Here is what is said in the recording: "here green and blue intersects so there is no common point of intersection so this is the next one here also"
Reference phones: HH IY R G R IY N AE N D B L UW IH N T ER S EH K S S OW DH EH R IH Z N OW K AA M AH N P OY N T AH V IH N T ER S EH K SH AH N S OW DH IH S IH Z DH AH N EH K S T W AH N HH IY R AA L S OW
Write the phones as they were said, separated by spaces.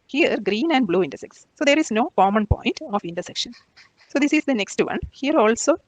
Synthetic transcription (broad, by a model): HH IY R G R IY N AE N D B L UW IH N T ER S EH K S S OW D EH R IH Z N OW K AA M AH N P OY N T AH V IH N T ER S EH K SH AH N S OW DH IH S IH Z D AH N EH K S T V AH N HH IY R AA L S OW